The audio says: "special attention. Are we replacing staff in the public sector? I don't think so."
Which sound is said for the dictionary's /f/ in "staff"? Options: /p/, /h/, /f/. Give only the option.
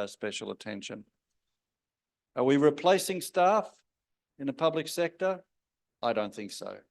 /f/